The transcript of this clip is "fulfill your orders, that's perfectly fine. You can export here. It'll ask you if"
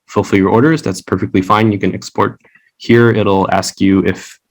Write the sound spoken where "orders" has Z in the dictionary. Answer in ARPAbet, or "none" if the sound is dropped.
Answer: Z